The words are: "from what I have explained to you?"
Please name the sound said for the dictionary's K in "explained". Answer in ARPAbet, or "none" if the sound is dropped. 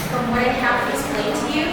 none